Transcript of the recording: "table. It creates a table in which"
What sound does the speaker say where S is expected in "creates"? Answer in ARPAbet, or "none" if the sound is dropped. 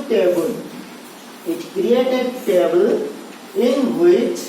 none